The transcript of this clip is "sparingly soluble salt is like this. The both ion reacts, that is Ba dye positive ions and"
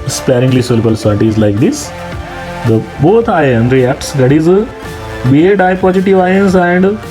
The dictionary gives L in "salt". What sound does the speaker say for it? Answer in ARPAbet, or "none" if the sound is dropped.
none